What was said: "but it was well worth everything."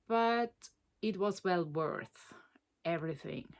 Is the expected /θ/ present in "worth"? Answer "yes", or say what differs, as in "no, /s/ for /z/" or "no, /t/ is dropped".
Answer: yes